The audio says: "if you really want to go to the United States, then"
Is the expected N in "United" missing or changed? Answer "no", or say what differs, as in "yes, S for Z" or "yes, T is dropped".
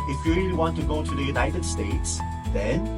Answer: no